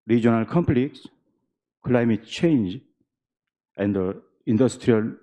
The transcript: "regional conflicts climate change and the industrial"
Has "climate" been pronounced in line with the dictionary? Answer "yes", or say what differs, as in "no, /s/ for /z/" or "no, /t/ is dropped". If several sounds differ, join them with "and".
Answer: yes